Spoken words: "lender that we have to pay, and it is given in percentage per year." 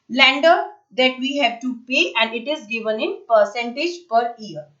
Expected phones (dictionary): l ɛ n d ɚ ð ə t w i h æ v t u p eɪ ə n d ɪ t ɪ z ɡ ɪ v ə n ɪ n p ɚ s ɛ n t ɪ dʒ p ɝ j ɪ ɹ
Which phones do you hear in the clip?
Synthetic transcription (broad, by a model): l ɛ n d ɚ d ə t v i h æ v t u p eɪ ə n d ɪ t ɪ z ɡ ɪ v ə n ɪ n p ɚ s ɛ n t ɪ dʒ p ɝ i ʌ ɹ